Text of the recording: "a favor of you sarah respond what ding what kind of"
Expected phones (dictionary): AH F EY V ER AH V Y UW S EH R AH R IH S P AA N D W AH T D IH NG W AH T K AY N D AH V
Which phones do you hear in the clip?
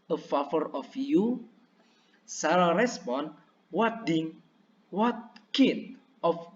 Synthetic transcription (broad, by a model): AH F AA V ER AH F Y UW S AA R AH R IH S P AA N W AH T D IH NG W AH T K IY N AH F